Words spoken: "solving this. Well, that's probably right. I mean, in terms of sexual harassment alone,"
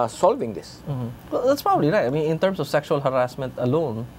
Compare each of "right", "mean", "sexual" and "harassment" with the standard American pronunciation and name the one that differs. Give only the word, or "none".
none